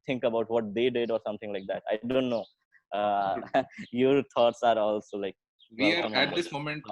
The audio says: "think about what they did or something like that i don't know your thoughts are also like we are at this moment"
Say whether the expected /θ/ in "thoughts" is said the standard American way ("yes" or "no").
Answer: no